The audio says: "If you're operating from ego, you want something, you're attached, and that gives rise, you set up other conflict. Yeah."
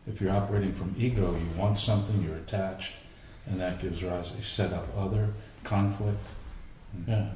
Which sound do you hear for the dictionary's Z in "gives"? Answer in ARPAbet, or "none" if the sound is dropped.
Z